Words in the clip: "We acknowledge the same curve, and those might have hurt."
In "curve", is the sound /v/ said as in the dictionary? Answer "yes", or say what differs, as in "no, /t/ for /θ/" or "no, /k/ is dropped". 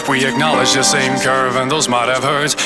yes